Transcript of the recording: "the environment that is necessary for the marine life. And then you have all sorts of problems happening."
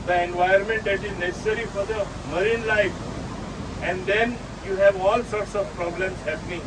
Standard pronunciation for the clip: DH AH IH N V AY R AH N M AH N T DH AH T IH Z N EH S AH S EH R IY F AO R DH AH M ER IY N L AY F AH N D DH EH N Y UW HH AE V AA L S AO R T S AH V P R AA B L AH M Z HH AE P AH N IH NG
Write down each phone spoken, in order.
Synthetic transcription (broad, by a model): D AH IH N V AY AH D M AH N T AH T IH Z N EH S S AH R IY F AO R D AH M ER IY N L AY F AH N D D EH N Y UW HH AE V AA L S AO R T S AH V P R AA B L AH M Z HH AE P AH N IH NG